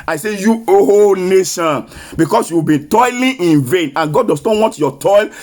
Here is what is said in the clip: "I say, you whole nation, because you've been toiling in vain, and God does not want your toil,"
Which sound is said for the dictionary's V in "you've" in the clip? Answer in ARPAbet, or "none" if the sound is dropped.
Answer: W